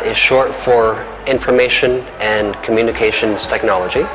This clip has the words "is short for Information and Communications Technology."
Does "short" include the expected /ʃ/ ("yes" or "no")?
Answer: yes